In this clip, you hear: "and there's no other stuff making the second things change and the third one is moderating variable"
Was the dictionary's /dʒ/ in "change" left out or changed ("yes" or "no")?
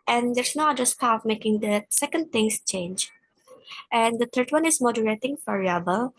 no